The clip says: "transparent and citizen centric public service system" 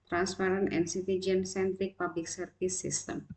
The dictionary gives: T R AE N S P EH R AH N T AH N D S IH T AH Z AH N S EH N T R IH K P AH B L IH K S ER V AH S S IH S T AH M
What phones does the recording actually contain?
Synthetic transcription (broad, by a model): T R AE N S P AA R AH N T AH N S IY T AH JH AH N S EH N T R IH K P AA B L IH K S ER F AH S S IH S T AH M